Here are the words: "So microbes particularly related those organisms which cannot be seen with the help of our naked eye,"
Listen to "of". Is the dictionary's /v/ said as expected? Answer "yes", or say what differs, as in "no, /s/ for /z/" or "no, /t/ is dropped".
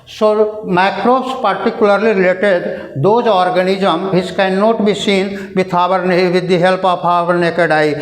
no, /p/ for /v/